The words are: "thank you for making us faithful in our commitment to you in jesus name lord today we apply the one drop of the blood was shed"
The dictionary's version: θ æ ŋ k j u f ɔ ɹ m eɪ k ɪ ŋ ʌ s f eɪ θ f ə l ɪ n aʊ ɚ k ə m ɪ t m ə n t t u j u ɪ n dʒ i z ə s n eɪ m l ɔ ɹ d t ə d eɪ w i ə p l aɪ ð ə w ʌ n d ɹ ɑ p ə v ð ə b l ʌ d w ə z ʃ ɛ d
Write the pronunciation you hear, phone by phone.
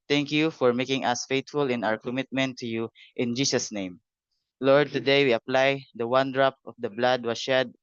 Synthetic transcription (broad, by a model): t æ ŋ k j u f ɔ ɹ m eɪ k ɪ ŋ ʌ s f eɪ t f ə l ɪ n aʊ ɚ k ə m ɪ t m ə n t t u j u ɪ n dʒ i s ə s n eɪ m l ɔ ɹ d t ə d eɪ w i ə p l aɪ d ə w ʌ n d ɹ ɑ p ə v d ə b l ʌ d w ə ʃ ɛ d